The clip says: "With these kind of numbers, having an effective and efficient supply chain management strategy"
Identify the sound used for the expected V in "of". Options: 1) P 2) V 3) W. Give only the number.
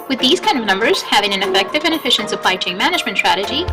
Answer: 2